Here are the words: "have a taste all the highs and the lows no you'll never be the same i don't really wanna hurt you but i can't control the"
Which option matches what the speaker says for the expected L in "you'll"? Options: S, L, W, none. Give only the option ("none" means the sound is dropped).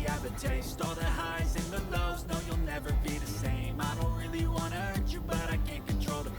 L